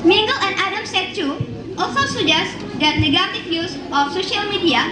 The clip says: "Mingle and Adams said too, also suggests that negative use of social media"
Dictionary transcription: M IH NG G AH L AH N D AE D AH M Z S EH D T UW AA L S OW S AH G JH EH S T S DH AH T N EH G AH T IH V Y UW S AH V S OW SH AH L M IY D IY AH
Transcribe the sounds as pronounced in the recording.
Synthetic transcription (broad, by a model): M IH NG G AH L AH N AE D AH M S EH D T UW AA L S OW S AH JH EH S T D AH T N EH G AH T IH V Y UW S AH F S OW SH AH L M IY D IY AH